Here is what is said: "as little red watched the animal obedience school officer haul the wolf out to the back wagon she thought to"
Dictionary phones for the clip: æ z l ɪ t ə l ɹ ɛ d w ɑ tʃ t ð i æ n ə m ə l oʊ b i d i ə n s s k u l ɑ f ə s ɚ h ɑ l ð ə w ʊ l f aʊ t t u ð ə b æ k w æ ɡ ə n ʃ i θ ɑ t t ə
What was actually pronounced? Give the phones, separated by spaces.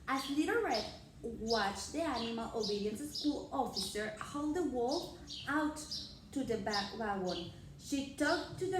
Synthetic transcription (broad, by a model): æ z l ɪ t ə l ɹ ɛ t w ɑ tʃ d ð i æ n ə m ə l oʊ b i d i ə n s s k u l ɑ f ə s ɚ h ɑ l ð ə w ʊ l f aʊ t t u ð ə b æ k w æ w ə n ʃ i t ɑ t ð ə